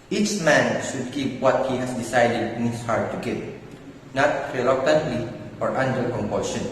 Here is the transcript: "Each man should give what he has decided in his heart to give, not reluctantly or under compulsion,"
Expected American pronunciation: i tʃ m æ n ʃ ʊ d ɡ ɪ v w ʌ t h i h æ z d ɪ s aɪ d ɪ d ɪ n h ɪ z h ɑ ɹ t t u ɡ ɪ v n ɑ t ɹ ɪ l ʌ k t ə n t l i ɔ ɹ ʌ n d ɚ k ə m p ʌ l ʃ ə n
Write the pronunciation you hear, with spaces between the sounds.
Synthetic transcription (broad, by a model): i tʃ m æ n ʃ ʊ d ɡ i p w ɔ t h i h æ s d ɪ s aɪ d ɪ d ɪ n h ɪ s h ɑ ɹ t t u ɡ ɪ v n ɑ t ɹ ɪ l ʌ k t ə n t l i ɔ ɹ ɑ n d ɚ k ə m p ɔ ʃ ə n